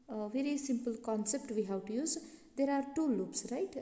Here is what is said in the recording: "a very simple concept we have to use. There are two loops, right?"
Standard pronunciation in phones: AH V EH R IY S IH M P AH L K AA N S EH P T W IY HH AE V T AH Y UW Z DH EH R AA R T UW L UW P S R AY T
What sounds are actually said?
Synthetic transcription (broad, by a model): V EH R IY S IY M P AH L K AA N S EH P T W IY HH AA W T Y UW Z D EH R AA R T UW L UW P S R AY T